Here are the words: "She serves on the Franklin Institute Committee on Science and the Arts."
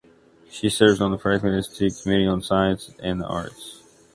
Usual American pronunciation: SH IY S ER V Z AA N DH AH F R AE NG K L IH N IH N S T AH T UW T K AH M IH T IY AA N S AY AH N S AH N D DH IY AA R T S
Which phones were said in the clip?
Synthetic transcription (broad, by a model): SH IY S ER V Z N DH AH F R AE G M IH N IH S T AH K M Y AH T IY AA N S AY AH N S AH N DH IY AA R T S